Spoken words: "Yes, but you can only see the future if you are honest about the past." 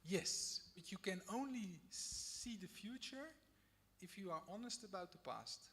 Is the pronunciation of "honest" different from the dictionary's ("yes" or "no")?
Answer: no